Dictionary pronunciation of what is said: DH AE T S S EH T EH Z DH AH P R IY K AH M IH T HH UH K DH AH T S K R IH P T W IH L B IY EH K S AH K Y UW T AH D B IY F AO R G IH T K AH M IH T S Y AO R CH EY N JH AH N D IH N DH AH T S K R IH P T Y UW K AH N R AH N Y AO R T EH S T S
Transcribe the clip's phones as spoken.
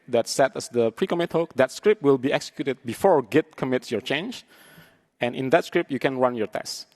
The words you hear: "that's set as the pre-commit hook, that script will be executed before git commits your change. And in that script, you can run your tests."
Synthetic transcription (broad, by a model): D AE T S S EH T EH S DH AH P R IY K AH M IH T HH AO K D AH T S K R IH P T W IH L B IY EH K S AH K Y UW T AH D B IY F AO R G IH T K AH M IH T S Y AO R CH EY N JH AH N IH N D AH T S K R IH P Y UW K AH N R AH N Y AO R T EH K S